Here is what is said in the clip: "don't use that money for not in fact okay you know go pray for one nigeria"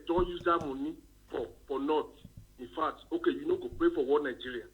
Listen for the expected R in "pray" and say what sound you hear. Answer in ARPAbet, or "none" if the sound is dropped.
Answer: R